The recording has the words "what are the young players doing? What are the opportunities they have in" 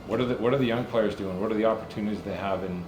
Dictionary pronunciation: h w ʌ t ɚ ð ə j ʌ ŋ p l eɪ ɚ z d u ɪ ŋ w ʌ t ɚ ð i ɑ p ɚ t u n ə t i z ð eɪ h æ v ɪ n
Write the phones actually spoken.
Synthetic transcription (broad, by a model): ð w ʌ t ɚ ð ə j ʌ ŋ p l eɪ ɚ z d u ɪ ŋ w ʌ t ɚ ð i ɑ p ɚ t u n ə t i z ð eɪ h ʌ v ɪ n